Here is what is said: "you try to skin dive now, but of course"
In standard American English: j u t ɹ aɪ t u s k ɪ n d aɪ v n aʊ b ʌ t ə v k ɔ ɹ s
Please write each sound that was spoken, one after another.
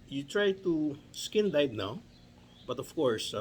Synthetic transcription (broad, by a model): j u t ɹ aɪ t u s k ɪ n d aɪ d n aʊ b ʌ t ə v k ɔ ɹ s